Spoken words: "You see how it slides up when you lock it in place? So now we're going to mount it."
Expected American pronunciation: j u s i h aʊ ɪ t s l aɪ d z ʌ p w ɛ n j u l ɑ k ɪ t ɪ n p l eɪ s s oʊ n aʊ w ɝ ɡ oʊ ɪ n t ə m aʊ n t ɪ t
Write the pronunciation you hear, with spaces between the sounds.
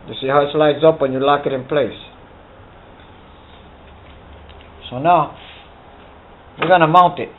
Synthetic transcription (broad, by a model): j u s i h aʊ ɪ t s l aɪ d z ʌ p w ɛ n j u l ɑ k ɪ t ɪ n p l eɪ s s oʊ n aʊ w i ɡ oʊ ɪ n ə m aʊ n t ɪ t